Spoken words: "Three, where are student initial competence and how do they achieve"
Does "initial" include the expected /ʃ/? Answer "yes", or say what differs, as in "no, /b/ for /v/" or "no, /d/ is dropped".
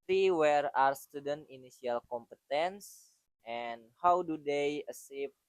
no, /s/ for /ʃ/